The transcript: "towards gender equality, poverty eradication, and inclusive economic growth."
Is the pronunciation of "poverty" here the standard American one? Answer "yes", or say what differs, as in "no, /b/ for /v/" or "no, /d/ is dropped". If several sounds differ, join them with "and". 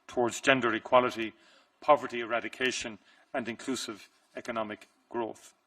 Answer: yes